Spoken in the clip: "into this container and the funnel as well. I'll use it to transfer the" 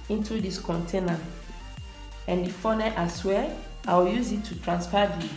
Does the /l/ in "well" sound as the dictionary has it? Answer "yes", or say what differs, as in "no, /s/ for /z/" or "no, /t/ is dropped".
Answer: no, /w/ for /l/